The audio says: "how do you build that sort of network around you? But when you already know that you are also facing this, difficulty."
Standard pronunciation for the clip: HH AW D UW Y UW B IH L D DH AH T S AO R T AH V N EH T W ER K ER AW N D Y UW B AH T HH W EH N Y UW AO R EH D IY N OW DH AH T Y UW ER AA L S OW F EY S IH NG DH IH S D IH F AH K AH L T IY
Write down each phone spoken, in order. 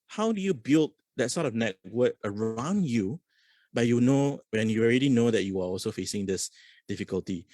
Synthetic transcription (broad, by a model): HH AW D UW Y UW B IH L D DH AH T S AO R T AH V N EH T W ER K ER AW N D Y UW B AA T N W EH N Y UW AO R EH D IY N OW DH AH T Y UW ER AA L S OW F EY S IH NG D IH S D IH F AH K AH L T IY